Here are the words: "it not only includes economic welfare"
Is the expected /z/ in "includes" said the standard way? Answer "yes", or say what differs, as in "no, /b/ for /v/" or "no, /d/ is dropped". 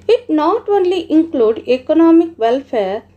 no, /z/ is dropped